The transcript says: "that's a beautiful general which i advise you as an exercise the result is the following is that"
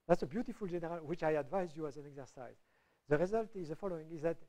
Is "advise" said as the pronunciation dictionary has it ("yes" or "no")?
yes